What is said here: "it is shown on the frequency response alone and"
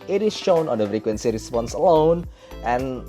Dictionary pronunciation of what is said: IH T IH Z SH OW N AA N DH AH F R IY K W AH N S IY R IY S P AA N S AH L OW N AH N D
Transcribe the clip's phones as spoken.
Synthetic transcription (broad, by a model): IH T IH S SH OW N AA N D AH F R IY K W AH N S IY R IY S P AA N S AH L OW N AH N